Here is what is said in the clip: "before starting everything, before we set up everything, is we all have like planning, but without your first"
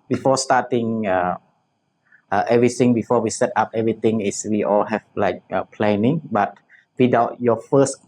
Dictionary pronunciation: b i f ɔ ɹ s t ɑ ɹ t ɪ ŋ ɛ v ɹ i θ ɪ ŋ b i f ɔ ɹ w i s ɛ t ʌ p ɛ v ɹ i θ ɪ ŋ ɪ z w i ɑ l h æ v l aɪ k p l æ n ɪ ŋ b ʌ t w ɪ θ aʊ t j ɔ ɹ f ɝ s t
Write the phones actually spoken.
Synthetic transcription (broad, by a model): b i f ɔ s t ɑ t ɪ ŋ ɛ v ɹ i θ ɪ ŋ b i f ɔ w i s ɛ t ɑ p ɛ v ɹ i t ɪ ŋ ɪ s w i ɑ l h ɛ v l aɪ k p l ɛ n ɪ ŋ b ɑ t w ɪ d aʊ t j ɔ f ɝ s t